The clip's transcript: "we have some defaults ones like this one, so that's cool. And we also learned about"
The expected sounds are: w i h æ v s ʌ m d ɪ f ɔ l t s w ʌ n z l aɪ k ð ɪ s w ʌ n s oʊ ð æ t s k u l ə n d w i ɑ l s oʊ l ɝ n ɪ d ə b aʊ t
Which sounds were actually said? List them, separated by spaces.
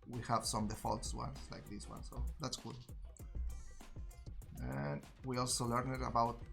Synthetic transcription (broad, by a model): w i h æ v s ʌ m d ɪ f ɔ l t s w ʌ n s l aɪ k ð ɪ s w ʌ n s oʊ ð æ t s k u l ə n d w i ɑ l s oʊ l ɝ n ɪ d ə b aʊ t